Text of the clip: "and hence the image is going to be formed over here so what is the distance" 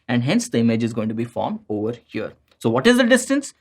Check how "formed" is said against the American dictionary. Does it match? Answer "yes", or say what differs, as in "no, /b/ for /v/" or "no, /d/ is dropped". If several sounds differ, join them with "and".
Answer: yes